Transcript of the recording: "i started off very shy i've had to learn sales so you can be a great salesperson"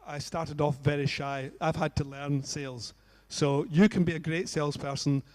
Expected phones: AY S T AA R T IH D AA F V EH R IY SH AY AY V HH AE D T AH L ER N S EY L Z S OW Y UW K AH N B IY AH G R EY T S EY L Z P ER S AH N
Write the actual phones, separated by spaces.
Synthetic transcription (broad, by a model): AY S T AA R T IH D AA F V EH R IY SH AY AY V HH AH D T AH L ER N S EY L Z S OW Y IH K AH N B IY AH G R EY T S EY L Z P ER S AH N